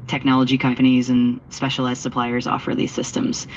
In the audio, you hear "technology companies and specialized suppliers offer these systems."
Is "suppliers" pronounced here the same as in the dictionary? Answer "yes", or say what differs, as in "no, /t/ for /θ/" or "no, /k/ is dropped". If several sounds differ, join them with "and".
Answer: yes